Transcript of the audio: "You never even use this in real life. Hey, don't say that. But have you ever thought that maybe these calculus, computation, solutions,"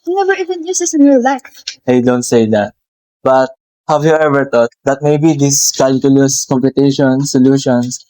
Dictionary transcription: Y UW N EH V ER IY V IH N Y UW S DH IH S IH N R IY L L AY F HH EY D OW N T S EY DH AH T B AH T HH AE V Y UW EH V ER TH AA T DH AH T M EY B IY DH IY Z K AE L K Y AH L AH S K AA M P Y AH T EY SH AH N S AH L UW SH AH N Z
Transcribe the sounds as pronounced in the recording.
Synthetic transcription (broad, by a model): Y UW N EH V ER IY V IH N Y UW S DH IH S IH N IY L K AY D OW N T S EY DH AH T B AH T HH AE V Y UW EH V ER T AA T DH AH T M EY B IY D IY S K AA L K Y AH L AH S K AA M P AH T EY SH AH N S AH L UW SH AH N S